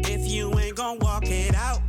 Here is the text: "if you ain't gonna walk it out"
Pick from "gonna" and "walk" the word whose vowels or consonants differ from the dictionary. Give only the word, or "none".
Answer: gonna